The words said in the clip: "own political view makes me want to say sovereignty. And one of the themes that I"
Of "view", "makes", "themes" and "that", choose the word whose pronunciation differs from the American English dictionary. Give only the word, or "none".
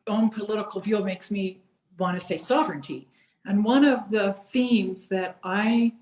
none